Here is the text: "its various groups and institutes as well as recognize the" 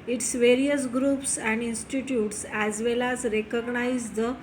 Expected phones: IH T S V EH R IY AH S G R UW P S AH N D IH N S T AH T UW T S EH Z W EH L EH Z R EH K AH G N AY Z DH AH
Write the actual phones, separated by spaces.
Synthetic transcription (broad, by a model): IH T S V EH R IY AH S G R UW P S AH N D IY N S T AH T UW T S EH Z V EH L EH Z R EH K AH G N AY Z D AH